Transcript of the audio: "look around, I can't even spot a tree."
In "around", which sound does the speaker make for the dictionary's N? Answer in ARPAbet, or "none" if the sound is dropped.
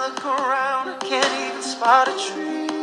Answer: N